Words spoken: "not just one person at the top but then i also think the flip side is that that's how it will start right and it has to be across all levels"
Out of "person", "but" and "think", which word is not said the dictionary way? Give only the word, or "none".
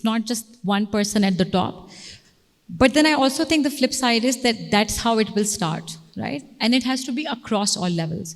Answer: think